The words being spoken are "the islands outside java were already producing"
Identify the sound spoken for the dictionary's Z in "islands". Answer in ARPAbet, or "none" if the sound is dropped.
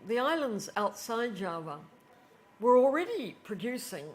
Z